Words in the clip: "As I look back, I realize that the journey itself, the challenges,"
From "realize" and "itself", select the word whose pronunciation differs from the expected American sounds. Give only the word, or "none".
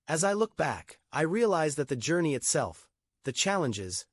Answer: none